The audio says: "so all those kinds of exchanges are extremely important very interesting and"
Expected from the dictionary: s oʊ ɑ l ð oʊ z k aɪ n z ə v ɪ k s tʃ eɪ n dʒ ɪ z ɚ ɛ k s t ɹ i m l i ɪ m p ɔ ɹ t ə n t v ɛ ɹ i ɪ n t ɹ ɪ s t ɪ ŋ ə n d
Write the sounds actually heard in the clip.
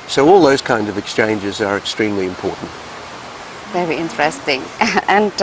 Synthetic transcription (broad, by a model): s oʊ ɑ l ð oʊ z k aɪ n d ə v ɪ k s tʃ eɪ n dʒ ɪ z ɚ ɛ k s t ɹ i m l i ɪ m p ɔ ɹ t n t v ɛ ɹ i ɪ n t ɹ ɪ s t ɪ ŋ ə n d